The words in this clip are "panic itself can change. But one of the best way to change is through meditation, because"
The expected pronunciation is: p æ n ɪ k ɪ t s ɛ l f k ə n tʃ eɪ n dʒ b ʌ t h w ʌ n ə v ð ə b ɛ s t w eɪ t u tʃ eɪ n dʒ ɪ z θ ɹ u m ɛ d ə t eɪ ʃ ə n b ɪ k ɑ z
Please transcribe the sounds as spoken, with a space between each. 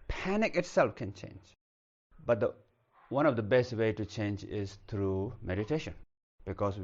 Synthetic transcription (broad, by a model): p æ n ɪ k ɪ t s ɛ l f k ə n tʃ eɪ n dʒ b ʌ t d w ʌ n ə v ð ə b ɛ s t w eɪ t u tʃ eɪ n dʒ ɪ z t ɹ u m ɛ d ə t eɪ ʃ ə n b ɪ k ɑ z